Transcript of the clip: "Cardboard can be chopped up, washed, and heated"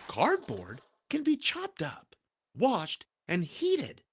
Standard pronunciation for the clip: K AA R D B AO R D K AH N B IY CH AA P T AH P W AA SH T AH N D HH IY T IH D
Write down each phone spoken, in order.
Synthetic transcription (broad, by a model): K AA R D B AO R D K AH N B IY CH AA P T AH P W AA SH T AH N HH IY T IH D